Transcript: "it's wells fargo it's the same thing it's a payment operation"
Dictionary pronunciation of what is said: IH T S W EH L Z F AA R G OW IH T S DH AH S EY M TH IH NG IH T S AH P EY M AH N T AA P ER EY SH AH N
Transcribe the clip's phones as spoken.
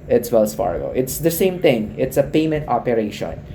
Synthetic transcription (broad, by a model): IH T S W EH L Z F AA R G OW IH T S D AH S EY M T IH NG IH T S AH P EY M AH N T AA P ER EY SH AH N